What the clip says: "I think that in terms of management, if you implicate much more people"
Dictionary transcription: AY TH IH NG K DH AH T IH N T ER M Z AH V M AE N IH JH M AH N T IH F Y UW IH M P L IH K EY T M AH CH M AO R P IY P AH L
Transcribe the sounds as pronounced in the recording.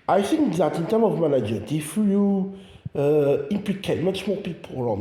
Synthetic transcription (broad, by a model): AY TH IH NG K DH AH T IH N T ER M AH V M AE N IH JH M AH N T IH F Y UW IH M P L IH K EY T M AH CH M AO P IY P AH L